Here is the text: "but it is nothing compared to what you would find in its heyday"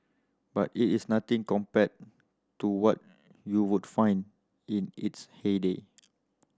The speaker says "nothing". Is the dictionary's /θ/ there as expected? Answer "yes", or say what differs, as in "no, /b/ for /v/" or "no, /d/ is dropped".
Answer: no, /t/ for /θ/